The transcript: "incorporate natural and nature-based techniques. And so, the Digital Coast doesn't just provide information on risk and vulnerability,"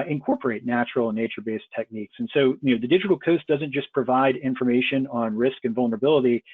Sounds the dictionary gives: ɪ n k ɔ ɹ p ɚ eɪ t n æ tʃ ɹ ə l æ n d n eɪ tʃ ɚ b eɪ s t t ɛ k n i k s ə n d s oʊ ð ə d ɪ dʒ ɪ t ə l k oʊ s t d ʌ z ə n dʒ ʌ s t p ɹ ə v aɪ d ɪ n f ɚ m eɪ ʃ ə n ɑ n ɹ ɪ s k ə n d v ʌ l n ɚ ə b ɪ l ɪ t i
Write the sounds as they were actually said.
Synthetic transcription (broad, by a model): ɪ n k ɔ ɹ p ɚ eɪ t n æ tʃ ɹ l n n eɪ tʃ ɚ b eɪ s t t ɛ k n i k s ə n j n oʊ ð ə d ɪ dʒ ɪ t l k oʊ s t d ʌ z ə n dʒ ʌ s p ɹ ə v aɪ d ɪ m f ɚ m eɪ ʃ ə n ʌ n ɹ ɪ s k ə n v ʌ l n ɚ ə b ɪ l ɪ t i